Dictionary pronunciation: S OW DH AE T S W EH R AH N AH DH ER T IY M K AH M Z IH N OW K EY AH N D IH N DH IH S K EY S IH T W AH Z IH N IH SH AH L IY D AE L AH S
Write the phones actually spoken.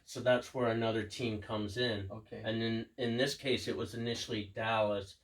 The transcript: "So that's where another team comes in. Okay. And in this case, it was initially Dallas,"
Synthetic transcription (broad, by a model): S OW DH AE T S W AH R AH N AH DH ER T IY M K AH M Z IH N OW K EY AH N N IH N DH IH S K EY S IH T W AH Z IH N IH SH L IY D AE L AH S